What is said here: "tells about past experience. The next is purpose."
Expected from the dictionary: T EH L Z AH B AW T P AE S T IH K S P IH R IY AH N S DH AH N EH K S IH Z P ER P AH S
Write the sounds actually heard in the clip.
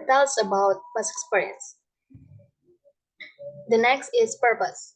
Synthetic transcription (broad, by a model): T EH L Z AH B AW T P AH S IH K S P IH R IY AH N S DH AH N EH K S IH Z P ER P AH S